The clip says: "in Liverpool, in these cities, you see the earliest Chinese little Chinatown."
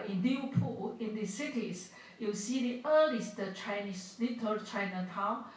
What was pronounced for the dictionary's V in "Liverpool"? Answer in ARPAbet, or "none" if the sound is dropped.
none